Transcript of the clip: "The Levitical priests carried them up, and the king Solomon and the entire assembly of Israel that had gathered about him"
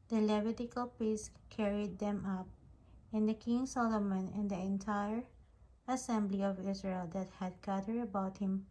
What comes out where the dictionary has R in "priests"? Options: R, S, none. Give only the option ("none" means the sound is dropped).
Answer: none